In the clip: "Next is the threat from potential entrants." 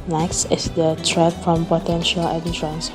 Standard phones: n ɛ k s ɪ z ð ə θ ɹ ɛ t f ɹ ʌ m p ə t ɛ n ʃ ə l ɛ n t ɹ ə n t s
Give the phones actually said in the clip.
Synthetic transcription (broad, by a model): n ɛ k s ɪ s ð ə t ɹ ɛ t f ɹ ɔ m p ə t ɛ n ʃ ə l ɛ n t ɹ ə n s